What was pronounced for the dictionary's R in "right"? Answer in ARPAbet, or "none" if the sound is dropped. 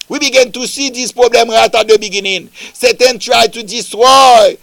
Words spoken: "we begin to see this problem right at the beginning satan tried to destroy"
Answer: R